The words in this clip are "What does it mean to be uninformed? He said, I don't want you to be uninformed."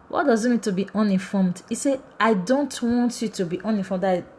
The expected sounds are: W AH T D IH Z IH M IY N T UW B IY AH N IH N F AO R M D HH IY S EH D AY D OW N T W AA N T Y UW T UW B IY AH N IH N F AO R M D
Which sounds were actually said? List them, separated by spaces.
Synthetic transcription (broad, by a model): W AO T D IH Z IH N IY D T UW B IY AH N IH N F AO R M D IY S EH AY D OW N T W AA N T Y UW T UW B IY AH N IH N F AO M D